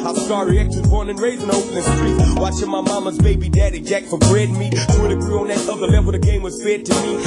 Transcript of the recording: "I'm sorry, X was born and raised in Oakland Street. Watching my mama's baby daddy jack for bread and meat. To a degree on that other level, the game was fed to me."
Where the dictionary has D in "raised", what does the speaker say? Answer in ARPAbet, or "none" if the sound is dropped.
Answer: none